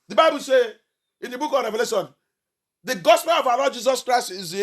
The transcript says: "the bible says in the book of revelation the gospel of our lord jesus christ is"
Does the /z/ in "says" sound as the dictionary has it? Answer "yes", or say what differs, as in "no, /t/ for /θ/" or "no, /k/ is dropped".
no, /z/ is dropped